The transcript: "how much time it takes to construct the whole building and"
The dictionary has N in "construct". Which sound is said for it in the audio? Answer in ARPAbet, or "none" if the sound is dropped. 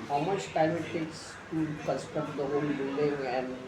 none